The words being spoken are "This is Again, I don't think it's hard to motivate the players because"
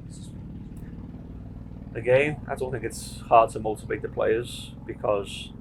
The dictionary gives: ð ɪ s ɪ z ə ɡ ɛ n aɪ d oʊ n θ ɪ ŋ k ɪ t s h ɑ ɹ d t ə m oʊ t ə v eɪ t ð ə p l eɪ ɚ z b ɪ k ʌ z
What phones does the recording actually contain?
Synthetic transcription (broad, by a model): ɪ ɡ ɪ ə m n aɪ d oʊ n θ ɪ ŋ k ɪ t s h ɑ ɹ d t ə m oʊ t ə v eɪ t ð ə p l eɪ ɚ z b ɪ k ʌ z